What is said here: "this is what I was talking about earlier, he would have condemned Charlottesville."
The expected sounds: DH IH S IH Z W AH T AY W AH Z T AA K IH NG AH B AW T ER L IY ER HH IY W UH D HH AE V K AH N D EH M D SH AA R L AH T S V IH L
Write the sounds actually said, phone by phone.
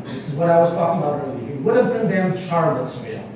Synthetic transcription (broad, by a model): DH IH S IH Z W AH T AY W AH Z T AA K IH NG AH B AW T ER IY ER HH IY W UH D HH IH V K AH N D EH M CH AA R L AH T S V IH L